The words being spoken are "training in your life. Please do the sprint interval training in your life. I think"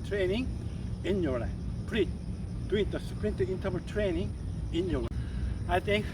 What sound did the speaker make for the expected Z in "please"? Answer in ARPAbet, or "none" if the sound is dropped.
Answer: none